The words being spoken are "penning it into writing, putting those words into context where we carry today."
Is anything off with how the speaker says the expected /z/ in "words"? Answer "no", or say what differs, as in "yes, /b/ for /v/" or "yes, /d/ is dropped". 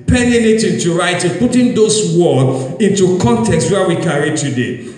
yes, /z/ is dropped